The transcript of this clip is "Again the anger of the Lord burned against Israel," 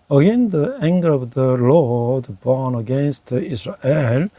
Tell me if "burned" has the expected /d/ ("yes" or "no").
no